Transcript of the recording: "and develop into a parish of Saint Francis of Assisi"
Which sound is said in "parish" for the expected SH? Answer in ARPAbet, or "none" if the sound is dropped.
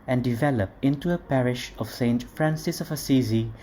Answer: SH